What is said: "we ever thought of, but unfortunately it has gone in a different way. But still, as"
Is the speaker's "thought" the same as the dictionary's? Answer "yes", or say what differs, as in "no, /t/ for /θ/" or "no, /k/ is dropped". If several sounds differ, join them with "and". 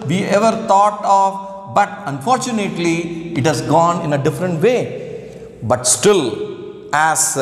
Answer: no, /t/ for /θ/